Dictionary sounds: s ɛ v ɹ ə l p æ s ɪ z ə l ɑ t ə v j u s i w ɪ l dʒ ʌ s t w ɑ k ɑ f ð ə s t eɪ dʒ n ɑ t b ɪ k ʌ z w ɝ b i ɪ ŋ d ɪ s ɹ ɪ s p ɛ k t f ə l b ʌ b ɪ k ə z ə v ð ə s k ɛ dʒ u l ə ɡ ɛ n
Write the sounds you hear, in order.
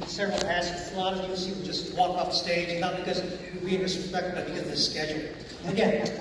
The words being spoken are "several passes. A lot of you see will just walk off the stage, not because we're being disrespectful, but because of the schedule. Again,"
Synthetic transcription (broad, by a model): s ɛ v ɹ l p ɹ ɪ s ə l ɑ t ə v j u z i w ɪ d dʒ ʌ s t w ɑ k ɑ f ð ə s t eɪ dʒ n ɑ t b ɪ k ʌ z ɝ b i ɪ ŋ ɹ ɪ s ɪ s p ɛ k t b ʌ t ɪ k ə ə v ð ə s k ɛ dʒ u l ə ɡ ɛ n